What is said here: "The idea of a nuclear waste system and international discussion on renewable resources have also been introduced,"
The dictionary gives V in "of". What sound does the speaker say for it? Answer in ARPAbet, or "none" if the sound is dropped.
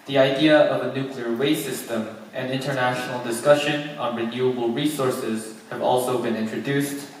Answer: V